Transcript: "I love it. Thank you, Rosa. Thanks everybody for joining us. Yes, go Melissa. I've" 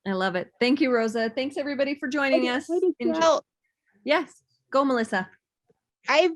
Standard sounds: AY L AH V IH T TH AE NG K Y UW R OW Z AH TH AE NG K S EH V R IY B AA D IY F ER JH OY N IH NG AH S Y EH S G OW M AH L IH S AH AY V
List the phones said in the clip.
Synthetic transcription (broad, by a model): AY L AH V IH T TH AE NG K Y UW R OW Z AH TH AE NG K S EH V R IY B AA D IY F ER JH OY N IH NG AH S Y EH S G OW M AH L IH S AH AY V